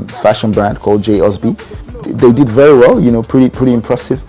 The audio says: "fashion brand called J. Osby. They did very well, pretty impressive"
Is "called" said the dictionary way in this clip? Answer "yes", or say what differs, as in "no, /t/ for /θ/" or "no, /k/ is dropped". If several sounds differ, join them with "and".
yes